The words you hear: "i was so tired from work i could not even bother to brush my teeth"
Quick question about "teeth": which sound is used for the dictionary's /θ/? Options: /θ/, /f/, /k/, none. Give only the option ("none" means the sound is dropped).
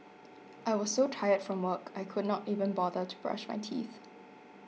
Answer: /θ/